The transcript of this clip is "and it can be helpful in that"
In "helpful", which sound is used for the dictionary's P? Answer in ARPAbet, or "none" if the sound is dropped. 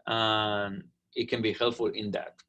none